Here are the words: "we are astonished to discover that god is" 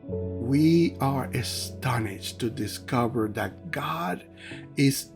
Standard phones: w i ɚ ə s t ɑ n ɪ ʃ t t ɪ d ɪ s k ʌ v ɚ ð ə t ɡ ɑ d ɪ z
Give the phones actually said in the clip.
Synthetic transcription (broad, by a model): w i ɚ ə s t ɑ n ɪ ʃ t t ɪ d ɪ s k ʌ v ɚ ð ə t ɡ ɑ d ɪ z